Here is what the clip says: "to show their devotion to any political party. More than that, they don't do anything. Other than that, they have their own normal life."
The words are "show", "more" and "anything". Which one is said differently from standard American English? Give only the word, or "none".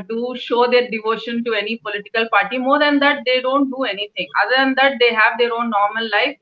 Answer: anything